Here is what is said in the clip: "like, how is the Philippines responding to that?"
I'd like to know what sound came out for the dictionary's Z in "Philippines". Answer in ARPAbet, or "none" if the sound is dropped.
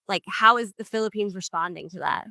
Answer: Z